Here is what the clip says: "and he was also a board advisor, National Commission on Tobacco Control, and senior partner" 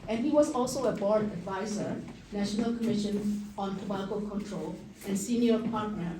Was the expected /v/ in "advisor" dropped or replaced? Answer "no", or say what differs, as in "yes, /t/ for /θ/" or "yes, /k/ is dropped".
no